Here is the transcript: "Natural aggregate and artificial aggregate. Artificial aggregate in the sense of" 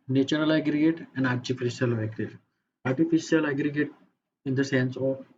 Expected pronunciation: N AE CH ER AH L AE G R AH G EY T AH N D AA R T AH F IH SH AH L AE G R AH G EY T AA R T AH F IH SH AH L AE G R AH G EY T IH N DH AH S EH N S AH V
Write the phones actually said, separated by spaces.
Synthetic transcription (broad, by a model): N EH CH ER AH L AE G R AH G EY T AH N D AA R T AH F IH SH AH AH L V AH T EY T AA R T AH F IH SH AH L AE G R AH G EY T IH N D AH S EH N S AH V